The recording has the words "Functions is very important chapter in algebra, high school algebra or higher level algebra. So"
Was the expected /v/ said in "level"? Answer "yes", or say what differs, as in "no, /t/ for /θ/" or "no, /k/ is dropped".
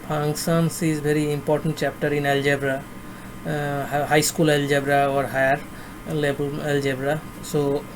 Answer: no, /b/ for /v/